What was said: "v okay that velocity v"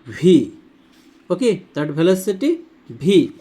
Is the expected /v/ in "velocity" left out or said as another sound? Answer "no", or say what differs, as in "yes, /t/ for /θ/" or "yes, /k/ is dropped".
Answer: yes, /b/ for /v/